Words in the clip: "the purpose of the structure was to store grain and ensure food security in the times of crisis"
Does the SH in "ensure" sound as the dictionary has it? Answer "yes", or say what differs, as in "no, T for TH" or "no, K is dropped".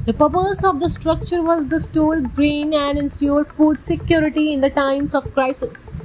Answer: no, S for SH